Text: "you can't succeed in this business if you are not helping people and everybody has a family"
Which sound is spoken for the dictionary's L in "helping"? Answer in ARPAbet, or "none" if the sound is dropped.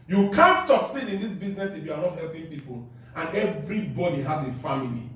L